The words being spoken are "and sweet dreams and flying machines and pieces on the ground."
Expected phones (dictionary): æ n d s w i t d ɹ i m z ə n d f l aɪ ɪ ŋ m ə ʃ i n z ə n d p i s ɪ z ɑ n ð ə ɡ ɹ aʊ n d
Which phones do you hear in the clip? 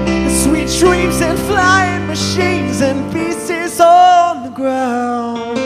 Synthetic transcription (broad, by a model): s w i t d ɹ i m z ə n f l aɪ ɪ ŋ m ə ʃ i n z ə n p i s ɪ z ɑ n ð ə ɡ ɹ aʊ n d